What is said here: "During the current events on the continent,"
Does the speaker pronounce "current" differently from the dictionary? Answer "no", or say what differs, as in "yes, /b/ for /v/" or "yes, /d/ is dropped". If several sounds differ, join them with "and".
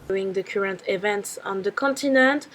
no